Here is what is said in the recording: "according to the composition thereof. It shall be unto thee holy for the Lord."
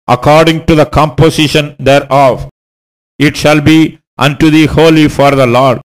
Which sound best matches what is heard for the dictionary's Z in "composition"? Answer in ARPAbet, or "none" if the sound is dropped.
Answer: S